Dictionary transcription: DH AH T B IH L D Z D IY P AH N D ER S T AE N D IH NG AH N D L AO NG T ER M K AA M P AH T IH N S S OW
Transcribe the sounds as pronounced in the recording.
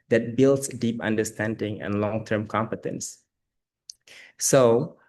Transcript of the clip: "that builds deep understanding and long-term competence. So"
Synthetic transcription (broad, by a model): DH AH T B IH L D S D IY P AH N D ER S T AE N D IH NG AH N L AO NG T ER M K AA M P AH T IH N S S OW